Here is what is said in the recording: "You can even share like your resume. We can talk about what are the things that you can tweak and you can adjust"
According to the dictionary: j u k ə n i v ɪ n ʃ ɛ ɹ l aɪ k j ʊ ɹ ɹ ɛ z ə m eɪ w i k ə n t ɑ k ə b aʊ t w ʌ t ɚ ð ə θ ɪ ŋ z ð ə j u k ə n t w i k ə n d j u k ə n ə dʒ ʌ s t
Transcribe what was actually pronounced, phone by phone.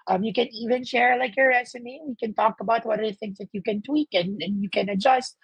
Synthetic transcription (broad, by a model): j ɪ k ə n i v ɪ n ʃ ɛ ɹ l aɪ k j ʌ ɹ ɹ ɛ s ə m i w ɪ k ə n t ɑ k ə b aʊ t w ʌ t ɚ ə θ ɪ ŋ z ð ə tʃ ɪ k ə n t w i k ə n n j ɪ k ə n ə dʒ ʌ s t